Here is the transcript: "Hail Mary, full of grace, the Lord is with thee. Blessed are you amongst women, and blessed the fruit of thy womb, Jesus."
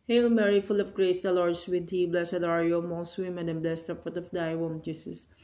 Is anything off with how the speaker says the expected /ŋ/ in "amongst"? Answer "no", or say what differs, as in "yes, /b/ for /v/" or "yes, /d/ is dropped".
yes, /ŋ/ is dropped